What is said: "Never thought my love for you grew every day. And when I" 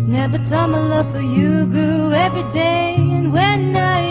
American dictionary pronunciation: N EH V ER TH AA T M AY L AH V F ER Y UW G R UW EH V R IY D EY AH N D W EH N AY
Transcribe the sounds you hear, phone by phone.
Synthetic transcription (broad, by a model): N EH V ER T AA M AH L AH V F ER Y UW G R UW EH V R IY D EY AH N W EH N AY